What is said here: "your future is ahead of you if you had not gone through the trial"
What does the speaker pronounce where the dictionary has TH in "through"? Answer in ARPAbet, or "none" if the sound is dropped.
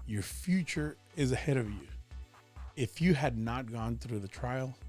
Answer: TH